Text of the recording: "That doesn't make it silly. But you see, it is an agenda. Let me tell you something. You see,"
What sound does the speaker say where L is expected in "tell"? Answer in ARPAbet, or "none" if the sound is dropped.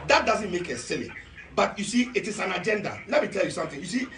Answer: L